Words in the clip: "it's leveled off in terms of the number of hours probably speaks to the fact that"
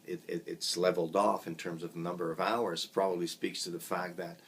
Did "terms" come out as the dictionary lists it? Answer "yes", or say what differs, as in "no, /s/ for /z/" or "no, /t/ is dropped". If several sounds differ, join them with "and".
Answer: yes